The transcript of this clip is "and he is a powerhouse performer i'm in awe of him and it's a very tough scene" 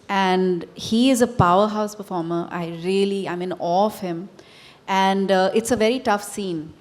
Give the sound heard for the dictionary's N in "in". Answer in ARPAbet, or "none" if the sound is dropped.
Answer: L